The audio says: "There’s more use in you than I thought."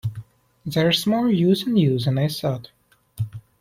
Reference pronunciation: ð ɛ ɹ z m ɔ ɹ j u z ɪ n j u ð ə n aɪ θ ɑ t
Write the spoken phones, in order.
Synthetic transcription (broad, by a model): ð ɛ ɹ s m ɔ l j u z ɪ n j u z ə n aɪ s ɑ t